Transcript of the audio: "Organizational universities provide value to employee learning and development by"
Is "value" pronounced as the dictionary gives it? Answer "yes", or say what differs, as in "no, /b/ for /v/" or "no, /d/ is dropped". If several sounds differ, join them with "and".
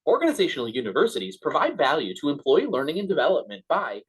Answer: yes